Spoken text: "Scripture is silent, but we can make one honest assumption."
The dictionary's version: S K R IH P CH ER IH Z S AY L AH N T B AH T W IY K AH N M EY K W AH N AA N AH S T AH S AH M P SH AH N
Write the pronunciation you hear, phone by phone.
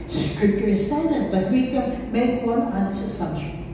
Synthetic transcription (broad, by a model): S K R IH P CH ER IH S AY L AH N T B AH T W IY K AH N M EY K W AH N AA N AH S AH S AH M P SH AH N